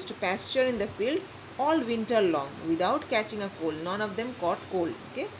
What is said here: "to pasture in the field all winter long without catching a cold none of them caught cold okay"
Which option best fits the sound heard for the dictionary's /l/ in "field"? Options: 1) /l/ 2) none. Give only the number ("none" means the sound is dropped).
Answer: 1